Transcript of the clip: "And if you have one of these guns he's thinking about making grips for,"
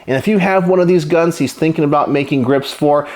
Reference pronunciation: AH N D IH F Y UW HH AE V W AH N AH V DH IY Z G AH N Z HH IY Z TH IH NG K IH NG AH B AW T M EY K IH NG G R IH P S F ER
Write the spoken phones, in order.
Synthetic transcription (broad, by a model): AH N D IH F Y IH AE V W AH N AH V DH IY Z G AH N Z HH IY Z TH IH NG K IH NG AH B AW T M EY K IH NG G R IH P S F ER